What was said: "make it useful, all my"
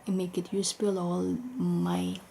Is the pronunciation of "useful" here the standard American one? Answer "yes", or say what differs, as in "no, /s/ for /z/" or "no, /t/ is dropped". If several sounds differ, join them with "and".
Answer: no, /p/ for /f/